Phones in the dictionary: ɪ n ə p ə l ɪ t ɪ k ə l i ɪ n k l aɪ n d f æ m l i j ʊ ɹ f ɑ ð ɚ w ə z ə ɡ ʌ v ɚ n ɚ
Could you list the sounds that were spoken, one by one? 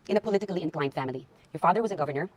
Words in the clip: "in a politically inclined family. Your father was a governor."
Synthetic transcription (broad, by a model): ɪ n ə p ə l ɪ t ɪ k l i ɪ n k l aɪ n d f æ m l i j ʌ ɹ f ɑ ð ɚ w ə z ə ɡ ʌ v ɚ n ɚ